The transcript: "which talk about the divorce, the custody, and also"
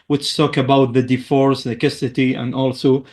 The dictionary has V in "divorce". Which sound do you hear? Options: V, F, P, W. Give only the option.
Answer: F